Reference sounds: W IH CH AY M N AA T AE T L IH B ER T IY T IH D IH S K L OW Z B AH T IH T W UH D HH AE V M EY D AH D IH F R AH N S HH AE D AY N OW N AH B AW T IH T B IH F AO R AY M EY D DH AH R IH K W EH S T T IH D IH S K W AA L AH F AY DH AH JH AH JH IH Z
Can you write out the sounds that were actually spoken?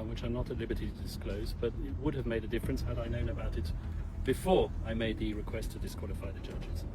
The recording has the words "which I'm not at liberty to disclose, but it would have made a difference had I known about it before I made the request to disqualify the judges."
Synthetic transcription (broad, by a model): W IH CH AY M N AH T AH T L IH B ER T IY T IH D IH S K L OW Z B AH T IH T W UH D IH V M EY D AH D IH F R AH N S HH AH D AY N OW N AH B AW T IH T B IH F AO R AY M EY D DH AH R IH K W EH S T T IH D IH S K W AA L AH F AY DH AH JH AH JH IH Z